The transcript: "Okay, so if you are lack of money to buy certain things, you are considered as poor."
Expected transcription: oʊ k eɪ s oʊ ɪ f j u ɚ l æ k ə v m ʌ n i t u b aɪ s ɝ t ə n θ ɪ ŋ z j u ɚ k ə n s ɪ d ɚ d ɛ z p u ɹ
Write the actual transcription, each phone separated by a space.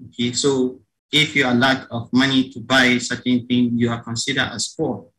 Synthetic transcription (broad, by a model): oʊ k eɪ s oʊ ɪ f j u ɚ l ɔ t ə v m ʌ n i t u b aɪ s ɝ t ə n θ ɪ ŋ j u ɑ k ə n s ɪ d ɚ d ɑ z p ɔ